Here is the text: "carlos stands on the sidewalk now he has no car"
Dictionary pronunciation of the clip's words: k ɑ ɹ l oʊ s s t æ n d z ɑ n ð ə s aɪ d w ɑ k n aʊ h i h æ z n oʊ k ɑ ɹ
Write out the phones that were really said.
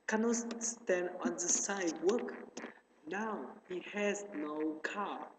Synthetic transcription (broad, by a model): k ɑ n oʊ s s t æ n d ɑ n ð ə s aɪ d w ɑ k n aʊ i h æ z n oʊ k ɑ